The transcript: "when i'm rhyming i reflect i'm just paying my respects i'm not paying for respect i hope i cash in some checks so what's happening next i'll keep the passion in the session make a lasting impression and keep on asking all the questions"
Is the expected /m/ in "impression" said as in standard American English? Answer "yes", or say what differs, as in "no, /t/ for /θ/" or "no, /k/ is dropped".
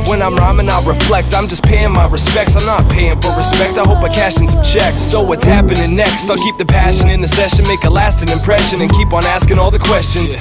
yes